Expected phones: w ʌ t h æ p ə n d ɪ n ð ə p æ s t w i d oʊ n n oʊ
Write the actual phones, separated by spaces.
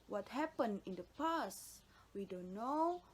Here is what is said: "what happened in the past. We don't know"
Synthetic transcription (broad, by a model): w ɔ t h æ p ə n ɪ n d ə p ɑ s w i d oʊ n n oʊ